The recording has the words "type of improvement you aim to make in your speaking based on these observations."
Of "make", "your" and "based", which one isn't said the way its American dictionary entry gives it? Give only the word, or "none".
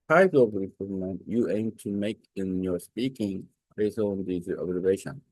based